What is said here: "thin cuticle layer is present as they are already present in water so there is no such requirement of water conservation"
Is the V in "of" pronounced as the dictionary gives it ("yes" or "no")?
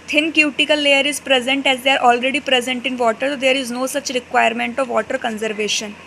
yes